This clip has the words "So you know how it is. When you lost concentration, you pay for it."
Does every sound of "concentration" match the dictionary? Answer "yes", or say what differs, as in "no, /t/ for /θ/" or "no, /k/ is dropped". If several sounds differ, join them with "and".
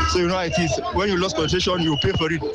no, /s/ is dropped and /n/ is dropped and /ɹ/ is dropped